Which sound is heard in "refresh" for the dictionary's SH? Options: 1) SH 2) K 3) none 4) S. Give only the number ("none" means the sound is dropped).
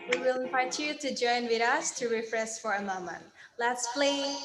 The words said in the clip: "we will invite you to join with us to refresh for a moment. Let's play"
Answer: 4